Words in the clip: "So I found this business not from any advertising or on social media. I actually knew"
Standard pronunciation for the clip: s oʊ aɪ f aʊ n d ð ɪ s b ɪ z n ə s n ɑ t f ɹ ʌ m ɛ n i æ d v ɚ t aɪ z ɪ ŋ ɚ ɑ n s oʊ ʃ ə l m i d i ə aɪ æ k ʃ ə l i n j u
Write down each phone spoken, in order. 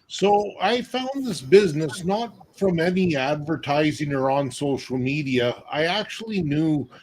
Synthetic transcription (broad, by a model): s oʊ aɪ f aʊ n ð ɪ s b ɪ z n ə s n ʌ t f ɹ ʌ m ɛ n i æ d v ɚ t aɪ z ɪ ŋ ɚ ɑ n s oʊ ʃ l m i d i ə aɪ æ k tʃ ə l i n j u